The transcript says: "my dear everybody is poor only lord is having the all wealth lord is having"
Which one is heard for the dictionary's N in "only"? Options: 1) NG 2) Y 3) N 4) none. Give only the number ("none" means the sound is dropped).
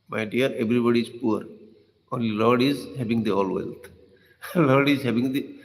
3